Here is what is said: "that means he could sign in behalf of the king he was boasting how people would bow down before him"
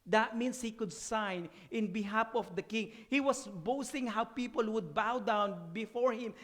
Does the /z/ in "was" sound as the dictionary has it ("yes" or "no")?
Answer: no